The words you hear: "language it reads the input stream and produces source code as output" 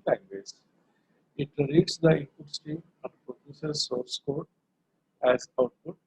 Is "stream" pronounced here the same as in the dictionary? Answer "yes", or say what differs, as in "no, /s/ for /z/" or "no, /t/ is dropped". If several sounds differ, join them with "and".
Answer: no, /ɹ/ is dropped